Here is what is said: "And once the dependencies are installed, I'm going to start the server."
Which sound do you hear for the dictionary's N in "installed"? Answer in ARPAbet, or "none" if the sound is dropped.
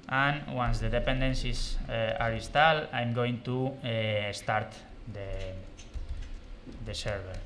none